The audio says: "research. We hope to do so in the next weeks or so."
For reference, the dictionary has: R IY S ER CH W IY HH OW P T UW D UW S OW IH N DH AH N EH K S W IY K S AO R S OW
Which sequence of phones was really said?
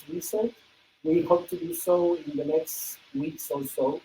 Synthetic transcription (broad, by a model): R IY S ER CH W IY HH OW P T UW D UW S OW IH N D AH N EH K S W IY K S AO L S OW